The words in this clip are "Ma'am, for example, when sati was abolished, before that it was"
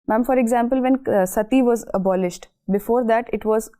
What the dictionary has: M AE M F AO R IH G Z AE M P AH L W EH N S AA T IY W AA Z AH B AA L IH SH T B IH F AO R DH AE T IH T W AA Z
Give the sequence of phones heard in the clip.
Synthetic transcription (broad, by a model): M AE M F AO R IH G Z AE M P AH L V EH N S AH T IY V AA Z AH B AA L IH SH T B IH F AO R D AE T IH T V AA Z